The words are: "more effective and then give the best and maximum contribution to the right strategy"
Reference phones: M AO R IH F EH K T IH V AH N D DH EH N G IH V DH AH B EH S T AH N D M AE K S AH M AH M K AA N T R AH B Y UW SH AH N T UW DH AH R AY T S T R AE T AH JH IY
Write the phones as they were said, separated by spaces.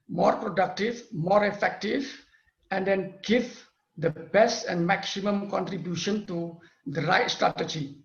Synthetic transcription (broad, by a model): M AO R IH F EH K T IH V AH N D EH N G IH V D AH B EH S T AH N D M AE K S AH M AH M K AA N T R AH B Y UW SH AH N T UW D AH R AY T S T R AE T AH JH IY